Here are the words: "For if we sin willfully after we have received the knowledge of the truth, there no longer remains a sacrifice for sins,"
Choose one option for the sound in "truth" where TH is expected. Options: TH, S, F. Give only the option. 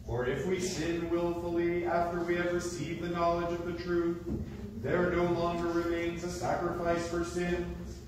TH